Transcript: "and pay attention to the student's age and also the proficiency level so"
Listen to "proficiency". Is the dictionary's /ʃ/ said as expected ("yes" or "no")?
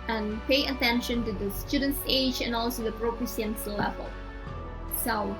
no